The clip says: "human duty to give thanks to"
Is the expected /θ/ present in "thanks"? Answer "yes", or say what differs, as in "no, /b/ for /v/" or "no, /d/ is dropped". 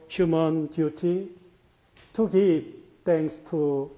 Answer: no, /t/ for /θ/